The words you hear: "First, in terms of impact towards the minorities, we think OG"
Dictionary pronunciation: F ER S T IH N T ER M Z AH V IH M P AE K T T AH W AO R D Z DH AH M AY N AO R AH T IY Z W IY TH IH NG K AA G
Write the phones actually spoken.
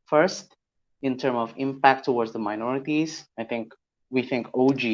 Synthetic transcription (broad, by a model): F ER S T IH N T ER M AH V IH M P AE K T T AH W AO R D Z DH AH M AY N AO R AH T IY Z W IY TH IH NG K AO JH